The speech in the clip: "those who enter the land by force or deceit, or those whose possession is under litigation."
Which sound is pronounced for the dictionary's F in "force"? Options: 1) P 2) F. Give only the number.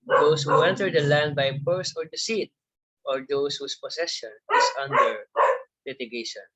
1